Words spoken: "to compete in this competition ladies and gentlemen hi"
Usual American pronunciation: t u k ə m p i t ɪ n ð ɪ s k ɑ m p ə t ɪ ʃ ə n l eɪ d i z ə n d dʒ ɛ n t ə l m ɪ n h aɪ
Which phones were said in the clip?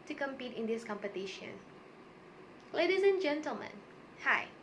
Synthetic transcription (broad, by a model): t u k ə m p i t ɪ n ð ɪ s k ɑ m p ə t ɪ ʃ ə n l eɪ d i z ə n dʒ ɛ n t ə l m ɪ n h aɪ